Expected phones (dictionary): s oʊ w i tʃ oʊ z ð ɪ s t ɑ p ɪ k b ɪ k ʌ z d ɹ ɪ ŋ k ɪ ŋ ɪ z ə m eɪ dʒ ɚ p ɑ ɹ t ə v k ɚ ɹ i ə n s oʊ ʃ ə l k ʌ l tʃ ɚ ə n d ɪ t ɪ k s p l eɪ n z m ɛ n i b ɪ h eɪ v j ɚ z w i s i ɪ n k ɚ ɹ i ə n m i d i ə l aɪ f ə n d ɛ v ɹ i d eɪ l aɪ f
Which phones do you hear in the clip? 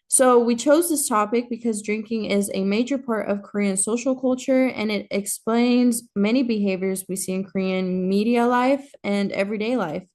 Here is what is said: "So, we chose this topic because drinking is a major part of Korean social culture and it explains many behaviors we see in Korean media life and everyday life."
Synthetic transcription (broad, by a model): s oʊ w i tʃ oʊ z ð ɪ s t ɑ p ɪ k b ɪ k ʌ z d ɹ ɪ ŋ k ɪ ŋ ɪ z ə m eɪ dʒ ɚ p ɑ ɹ t ə v k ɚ ɹ i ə n s oʊ ʃ l k ʌ l tʃ ɚ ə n ɪ t ɪ k s p l eɪ n z m ɛ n i b ɪ h eɪ v j ɚ z w i s i ɪ n k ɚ ɹ i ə n m i d i ə l aɪ f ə n ɛ v ɹ i d eɪ l aɪ f